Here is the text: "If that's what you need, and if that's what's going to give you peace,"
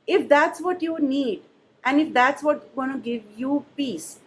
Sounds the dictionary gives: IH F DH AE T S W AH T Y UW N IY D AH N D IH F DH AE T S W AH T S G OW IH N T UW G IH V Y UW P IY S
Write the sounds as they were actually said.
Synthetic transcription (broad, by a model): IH F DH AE T S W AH T Y UW N IY D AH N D IH F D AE T S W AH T G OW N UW G IH V Y UW P IY S